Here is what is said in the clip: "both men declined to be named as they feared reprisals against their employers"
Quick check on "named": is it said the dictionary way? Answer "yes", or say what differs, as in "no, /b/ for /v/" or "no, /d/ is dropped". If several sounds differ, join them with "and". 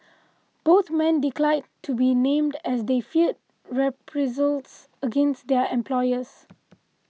yes